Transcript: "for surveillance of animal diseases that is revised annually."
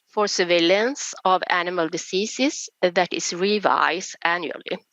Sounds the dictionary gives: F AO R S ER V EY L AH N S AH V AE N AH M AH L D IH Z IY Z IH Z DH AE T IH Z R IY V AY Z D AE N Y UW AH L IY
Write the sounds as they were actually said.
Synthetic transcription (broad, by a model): F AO R S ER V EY L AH N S AH V AE N AH M AH L D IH S IY S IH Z DH AE T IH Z R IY V AY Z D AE N Y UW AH L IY